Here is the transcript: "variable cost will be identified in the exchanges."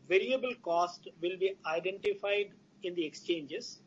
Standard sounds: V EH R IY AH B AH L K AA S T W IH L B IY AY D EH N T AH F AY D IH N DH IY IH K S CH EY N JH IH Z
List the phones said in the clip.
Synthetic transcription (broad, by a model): V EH R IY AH B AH L K AA S T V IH L B IY AY D EH N T AH F AY D IH N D IY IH K S CH EY N JH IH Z